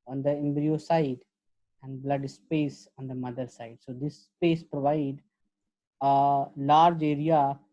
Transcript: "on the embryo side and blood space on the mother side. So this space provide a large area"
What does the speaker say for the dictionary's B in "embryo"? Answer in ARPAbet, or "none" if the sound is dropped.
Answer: B